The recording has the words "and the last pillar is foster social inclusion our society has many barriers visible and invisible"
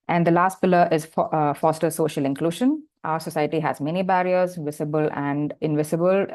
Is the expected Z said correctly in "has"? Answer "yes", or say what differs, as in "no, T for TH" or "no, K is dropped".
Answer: yes